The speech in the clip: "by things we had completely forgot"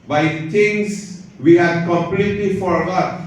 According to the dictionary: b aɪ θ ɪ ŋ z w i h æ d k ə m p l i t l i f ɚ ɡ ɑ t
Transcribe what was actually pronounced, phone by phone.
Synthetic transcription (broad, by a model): b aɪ t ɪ ŋ s w i h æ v k ə m p l i t l i f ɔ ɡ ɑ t